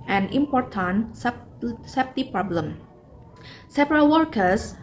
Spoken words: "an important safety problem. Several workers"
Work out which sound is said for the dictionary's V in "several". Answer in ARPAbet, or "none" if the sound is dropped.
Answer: P